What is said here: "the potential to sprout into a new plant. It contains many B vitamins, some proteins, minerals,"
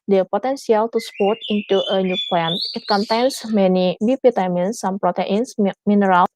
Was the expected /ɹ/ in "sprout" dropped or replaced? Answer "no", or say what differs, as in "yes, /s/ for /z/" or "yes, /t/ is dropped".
yes, /ɹ/ is dropped